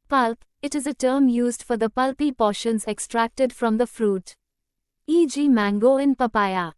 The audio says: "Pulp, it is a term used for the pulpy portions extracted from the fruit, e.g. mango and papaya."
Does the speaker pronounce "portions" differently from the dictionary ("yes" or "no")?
no